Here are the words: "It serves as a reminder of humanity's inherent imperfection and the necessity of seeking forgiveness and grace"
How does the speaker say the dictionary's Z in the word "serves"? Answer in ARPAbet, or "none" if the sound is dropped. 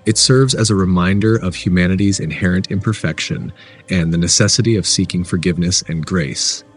Z